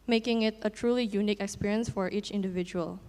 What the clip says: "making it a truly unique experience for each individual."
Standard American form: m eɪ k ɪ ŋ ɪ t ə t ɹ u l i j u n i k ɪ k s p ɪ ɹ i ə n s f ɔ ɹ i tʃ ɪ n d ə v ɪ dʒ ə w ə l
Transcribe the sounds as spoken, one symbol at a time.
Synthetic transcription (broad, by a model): m eɪ k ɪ ŋ ɪ t ə t ɹ u l i j u n i k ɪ k s p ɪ ɹ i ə n s f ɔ ɹ i tʃ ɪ n d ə v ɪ dʒ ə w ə l